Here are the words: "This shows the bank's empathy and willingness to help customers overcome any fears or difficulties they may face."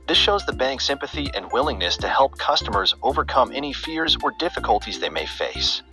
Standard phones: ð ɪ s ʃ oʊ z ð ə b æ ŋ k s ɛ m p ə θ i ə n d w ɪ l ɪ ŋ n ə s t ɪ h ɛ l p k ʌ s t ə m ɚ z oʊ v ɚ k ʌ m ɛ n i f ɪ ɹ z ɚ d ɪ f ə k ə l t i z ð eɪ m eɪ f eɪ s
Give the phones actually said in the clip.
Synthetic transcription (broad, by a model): ð ɪ s ʃ oʊ z ð ə b æ ŋ k s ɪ m p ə θ i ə n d w ɪ l ɪ ŋ n ə s t ɪ h ɛ l p k ʌ s t ə m ɚ z oʊ v ɚ k ʌ m ɛ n i f ɪ ɹ z ɚ d ɪ f ə k ə l t i z ð eɪ m eɪ f eɪ s